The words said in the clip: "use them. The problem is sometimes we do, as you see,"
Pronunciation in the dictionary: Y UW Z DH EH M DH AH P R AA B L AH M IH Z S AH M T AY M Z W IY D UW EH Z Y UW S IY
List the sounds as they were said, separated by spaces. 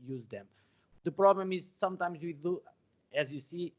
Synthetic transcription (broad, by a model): Y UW Z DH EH M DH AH P R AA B L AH M IH Z S AH M T AY M Z W IY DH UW EH Z Y UW S IY